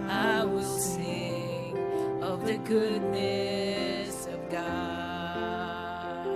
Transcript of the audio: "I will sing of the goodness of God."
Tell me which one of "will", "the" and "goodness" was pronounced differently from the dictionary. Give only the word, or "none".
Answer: none